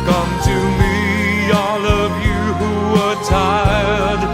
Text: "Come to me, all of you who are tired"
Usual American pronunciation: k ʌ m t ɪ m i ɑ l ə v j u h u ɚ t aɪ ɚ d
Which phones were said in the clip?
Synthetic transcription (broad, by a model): k ʌ m t ɪ m i ɑ l ə v j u h u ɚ t aɪ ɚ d